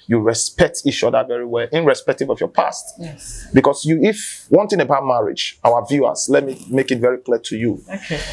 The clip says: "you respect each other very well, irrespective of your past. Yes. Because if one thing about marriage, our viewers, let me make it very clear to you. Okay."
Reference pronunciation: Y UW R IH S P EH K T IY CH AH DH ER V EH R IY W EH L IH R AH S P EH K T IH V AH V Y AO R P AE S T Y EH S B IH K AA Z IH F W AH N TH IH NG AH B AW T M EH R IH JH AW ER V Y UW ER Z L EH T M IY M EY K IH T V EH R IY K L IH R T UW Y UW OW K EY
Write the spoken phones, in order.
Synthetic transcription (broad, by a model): Y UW R IH S P EH K T IY CH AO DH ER V EH R IY W EH L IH R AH S P EH K T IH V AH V Y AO P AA S T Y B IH K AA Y IH F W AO N T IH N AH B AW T M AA R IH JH AW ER V Y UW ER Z L EH T M IY M EY K IH T V EH R IY K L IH T UW Y UW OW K